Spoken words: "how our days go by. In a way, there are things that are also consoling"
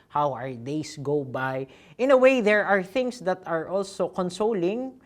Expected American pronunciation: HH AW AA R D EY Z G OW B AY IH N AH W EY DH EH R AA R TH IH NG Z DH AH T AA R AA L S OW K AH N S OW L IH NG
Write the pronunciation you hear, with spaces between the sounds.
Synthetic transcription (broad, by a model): HH AW AA R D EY S G OW B AY IH N AH W EY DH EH R AA R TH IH NG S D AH T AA R AA L S OW K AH N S OW L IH NG